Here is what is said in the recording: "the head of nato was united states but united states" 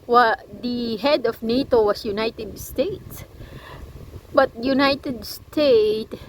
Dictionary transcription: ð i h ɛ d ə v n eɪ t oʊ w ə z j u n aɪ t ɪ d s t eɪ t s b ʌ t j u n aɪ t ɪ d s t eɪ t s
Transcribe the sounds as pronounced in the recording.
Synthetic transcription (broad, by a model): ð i h ɛ d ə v n eɪ t oʊ w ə s j u n aɪ t ɪ d s t eɪ t s b ʌ t j u n aɪ t ɪ d s t eɪ t